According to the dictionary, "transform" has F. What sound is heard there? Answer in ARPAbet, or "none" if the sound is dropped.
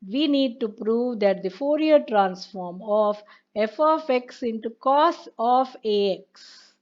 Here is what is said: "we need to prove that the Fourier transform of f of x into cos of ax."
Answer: F